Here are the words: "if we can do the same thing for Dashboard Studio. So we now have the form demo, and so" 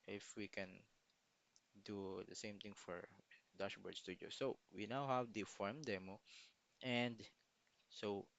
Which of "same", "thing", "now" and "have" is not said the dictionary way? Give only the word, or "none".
thing